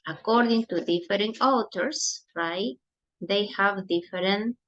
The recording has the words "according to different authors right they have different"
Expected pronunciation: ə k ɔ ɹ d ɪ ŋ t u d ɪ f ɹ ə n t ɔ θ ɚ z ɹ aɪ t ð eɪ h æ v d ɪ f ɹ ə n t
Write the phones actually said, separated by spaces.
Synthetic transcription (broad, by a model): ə k ɔ ɹ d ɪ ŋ t u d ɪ f ɹ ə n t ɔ t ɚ s ɹ aɪ t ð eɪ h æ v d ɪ f ɹ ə n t